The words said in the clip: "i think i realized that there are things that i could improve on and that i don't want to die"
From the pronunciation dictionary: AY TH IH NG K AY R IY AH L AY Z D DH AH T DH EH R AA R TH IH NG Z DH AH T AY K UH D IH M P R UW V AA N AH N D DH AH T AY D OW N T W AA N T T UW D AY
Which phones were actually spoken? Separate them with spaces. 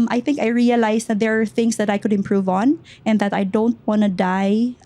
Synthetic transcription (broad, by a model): AY TH IH NG K AY R IY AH L AY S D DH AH T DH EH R AA R TH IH NG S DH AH T AY K UH D IH M P R UW V AA N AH N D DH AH T AY D OW N T W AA N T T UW D AY